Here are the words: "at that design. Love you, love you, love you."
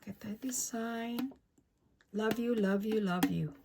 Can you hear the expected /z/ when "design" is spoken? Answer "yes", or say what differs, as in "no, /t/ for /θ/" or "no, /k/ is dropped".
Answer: no, /s/ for /z/